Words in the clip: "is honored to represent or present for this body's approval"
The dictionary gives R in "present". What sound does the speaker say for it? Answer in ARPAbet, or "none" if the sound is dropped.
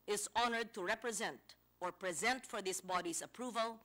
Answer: R